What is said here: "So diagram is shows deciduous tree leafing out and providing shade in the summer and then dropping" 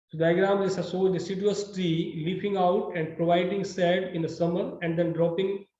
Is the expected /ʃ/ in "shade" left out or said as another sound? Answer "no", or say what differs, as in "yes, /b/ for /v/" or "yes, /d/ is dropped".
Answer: yes, /s/ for /ʃ/